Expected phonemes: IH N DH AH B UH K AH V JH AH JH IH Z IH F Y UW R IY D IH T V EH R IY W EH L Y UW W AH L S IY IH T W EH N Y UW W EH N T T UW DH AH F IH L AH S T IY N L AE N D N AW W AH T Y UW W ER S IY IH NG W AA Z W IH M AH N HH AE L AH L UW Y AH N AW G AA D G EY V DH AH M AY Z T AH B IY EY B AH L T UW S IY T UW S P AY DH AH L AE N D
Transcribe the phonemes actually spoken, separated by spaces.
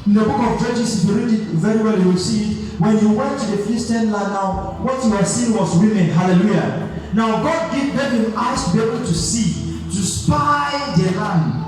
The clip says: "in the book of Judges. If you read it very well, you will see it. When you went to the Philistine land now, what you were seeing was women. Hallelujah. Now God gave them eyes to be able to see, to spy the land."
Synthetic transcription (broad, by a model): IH N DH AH B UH K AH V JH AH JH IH S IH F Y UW R IY D IH T V EH R IY W EH L Y UW W AH L S IY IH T W EH N Y UW W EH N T T UW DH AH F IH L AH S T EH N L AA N N AW W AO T Y UW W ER S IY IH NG W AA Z W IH M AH N HH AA L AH L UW Y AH N AW G AA D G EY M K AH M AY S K B IY EY B AH L T UW S IY T UW S P AY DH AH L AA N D